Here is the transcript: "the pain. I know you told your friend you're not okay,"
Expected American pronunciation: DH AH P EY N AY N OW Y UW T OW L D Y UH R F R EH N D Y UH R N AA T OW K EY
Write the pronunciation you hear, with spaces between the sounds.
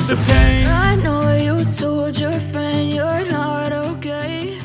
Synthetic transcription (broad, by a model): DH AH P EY AY N OW Y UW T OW L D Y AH R F R EH N D Y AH R N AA T OW K EY